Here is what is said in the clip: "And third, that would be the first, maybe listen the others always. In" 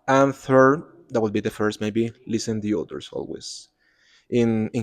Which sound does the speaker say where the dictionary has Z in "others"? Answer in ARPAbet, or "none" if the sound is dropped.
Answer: S